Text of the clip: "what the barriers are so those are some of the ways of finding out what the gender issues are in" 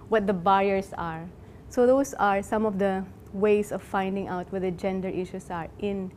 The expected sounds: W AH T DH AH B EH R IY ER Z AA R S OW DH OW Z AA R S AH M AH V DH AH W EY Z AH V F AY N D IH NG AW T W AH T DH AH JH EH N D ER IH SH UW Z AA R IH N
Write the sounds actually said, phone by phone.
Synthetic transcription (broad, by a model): W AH T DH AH B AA R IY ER S AA R S OW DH OW S AA R S AH M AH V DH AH W EY S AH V F AY N D IH NG AW T W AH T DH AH JH EH N D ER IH SH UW S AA R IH N